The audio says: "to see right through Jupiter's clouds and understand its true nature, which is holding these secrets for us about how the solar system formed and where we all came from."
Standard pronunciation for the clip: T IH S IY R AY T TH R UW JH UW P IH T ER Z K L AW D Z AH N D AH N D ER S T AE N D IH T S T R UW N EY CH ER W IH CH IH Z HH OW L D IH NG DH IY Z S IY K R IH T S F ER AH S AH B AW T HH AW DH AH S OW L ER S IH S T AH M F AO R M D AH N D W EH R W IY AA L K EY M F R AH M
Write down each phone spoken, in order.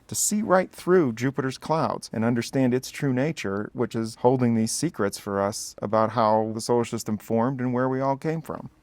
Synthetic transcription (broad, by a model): T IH S IY R AY T TH R UW JH UW P IH T ER Z K L AW D Z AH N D AH N D ER S T AE N D IH T S T R UW N EY CH ER W IH CH IH Z HH OW L D IH NG DH IY Z S IY K R IH T S F ER AH S AH B AW T HH AW DH AH S OW UH SH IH S T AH M F AO R M D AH N W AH R W IY AA L K EY M F R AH M